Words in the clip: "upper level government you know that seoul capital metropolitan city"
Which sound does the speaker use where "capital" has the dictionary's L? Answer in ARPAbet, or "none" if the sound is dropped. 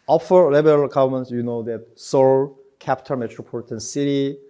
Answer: N